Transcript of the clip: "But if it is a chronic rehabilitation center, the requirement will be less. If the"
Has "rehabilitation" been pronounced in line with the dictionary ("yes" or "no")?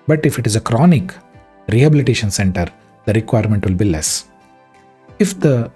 yes